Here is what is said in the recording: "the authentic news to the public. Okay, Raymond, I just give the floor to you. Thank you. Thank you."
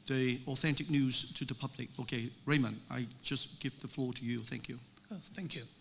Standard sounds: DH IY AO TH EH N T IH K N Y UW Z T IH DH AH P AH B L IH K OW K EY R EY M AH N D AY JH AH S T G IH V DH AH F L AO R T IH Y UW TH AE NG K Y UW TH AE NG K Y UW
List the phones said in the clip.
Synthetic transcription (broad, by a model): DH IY AO TH EH N T IH K N Y UW Z T IH DH AH P AH B L IH K OW K EY R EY M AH N AY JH AH S G IH V DH AH F L AO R T IH Y UW TH AE NG K Y UW TH AE NG K Y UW